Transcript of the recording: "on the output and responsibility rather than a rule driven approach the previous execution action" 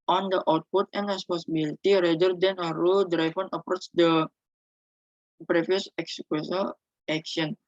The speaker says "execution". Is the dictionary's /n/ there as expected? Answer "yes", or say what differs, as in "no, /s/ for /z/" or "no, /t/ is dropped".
no, /l/ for /n/